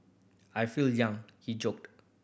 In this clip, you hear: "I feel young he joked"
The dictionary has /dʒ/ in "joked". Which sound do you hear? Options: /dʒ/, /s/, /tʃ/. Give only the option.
/dʒ/